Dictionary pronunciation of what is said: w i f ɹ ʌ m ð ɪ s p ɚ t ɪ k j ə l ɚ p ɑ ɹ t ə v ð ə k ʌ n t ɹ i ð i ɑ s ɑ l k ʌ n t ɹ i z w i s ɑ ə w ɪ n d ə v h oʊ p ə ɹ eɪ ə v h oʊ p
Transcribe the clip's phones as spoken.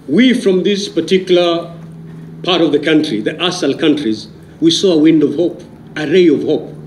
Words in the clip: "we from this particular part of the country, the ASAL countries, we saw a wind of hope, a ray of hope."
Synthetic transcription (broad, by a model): w i f ɹ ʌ m ð ɪ s p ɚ t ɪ k j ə l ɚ p ɑ ɹ t ə v ð ə k ʌ n t ɹ i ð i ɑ s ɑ l k ʌ n t ɹ i z w i s ɑ ə w ɪ n d ə v h oʊ p ə ɹ eɪ ə v h oʊ p